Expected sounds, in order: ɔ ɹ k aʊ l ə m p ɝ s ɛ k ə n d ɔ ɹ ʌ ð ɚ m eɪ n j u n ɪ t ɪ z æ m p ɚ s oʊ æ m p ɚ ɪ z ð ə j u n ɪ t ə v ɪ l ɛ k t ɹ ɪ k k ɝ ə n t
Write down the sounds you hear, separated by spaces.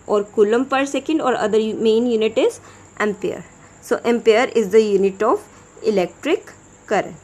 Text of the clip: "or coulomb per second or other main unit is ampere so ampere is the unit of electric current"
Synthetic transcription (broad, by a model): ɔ ɹ k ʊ l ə m p ɝ s ɛ k ə n d ɔ ɹ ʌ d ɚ m eɪ n j u n ɪ t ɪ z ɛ m p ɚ s oʊ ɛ m p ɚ ɪ z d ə j u n ɪ t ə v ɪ l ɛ k t ɹ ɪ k k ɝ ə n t